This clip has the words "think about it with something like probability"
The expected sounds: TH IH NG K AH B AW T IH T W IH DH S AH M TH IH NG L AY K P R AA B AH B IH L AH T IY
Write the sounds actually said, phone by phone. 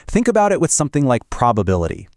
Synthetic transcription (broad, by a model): TH IH NG K AH B AW T IH T W IH DH S AH M TH IH NG L AY K P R AA B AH B IH L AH T IY